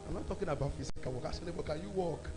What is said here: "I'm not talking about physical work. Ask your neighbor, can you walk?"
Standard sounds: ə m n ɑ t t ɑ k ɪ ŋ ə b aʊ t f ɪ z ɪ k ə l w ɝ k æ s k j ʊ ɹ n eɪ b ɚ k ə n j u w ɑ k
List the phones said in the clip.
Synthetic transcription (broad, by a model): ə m n ɑ t t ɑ k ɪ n ə b aʊ t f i s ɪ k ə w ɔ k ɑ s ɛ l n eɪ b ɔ k ə n j u w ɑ k